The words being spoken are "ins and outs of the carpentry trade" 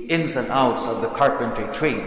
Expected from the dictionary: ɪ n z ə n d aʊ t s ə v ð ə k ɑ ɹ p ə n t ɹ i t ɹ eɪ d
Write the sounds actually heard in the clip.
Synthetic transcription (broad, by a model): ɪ n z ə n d aʊ t s ə v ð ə k ɑ ɹ p ə n t ɹ i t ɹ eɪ